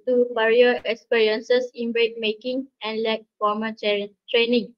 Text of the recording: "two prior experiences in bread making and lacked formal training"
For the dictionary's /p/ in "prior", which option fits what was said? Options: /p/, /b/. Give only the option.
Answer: /b/